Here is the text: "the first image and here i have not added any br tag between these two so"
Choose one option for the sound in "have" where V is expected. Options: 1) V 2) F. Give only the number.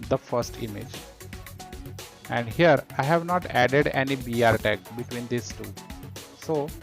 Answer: 1